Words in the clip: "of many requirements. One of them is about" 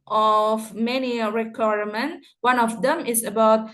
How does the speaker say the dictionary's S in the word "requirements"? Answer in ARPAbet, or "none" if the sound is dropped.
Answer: none